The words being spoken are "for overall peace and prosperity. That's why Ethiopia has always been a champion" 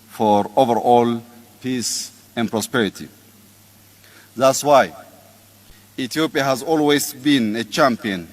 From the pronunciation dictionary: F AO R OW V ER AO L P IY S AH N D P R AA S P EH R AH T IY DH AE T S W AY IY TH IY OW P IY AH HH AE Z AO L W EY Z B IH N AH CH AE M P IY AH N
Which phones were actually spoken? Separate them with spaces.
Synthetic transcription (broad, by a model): F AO R OW V ER AO L P IY S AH N P R AA S P EH R AH T IY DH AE T S W AY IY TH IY OW P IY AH HH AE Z AO L W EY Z B IH N AH CH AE M P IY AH N